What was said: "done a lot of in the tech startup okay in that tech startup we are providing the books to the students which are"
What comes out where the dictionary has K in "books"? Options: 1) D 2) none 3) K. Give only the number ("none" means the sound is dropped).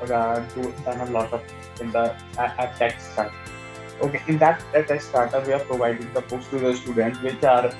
2